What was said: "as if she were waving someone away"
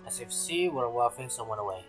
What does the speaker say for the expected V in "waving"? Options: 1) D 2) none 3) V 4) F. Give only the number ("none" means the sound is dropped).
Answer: 4